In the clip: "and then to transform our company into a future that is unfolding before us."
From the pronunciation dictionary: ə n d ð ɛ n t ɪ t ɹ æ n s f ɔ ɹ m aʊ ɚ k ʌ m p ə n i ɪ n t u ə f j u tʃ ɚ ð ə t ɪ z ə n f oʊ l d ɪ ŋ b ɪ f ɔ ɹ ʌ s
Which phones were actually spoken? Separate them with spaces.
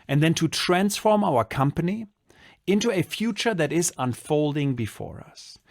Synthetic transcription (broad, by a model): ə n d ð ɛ n t ɪ t ɹ æ n s f ɔ ɹ m aʊ ɚ k ʌ m p ə n i ɪ n t u ə f j u tʃ ɚ ð ə t ɪ z ə n f oʊ l d ɪ ŋ b ɪ f ɔ ɹ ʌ s